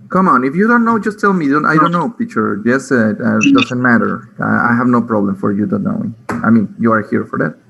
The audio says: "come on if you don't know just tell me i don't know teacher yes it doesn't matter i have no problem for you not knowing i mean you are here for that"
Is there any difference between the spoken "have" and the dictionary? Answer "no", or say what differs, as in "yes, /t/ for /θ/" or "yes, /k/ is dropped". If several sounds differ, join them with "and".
no